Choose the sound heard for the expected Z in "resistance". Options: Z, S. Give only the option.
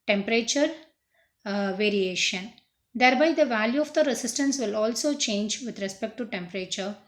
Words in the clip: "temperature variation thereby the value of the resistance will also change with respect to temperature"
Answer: S